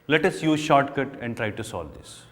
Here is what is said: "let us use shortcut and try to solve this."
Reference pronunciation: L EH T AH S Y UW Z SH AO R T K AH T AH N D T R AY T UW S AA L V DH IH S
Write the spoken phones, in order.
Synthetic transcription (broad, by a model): L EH T AH S Y UW Z SH AO R T K AH T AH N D T R AY T UW S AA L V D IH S